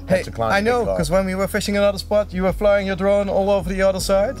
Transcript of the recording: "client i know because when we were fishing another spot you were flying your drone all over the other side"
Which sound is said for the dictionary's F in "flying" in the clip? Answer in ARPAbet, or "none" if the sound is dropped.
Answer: F